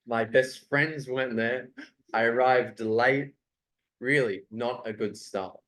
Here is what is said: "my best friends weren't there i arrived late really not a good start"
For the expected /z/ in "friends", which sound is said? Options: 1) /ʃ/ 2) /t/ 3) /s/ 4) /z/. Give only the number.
4